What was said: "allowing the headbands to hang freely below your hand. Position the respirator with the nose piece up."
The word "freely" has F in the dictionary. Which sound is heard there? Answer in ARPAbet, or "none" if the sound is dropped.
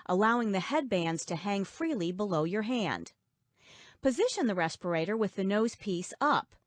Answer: F